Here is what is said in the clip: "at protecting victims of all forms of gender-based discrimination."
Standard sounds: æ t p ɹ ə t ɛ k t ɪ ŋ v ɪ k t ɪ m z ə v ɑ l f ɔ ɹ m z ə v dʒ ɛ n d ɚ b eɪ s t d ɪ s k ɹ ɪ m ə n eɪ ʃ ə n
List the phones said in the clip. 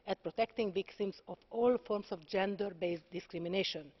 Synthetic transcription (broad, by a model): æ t p ɹ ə t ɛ k t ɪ ŋ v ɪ k t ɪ m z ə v ɑ l f ɔ ɹ m s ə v dʒ ɛ n d ɚ b eɪ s d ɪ s k ɹ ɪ m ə n eɪ ʃ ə n